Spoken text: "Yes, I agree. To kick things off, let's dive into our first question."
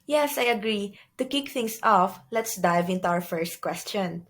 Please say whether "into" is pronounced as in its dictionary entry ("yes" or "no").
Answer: yes